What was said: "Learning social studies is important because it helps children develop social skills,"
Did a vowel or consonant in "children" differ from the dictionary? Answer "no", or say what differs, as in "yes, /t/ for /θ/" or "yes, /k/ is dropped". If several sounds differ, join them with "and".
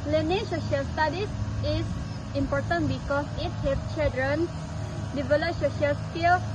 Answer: yes, /l/ is dropped